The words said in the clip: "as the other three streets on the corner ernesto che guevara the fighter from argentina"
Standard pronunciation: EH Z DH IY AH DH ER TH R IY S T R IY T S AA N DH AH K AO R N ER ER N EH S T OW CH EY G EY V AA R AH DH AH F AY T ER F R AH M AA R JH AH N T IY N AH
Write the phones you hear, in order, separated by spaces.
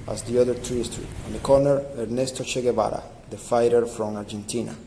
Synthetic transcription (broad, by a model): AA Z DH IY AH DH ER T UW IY S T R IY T AA N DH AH K AO R N ER ER N EH S T OW CH EY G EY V AA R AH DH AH F AY T ER F R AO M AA R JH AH N T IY N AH